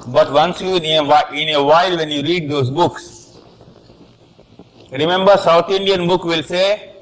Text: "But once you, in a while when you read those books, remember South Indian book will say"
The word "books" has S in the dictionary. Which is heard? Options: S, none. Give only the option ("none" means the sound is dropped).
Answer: S